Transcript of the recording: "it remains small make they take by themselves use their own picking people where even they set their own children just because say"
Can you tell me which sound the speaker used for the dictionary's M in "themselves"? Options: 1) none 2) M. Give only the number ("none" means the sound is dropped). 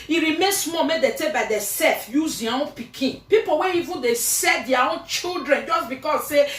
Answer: 1